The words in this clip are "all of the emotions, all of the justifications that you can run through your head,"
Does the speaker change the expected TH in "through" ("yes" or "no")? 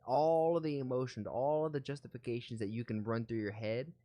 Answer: no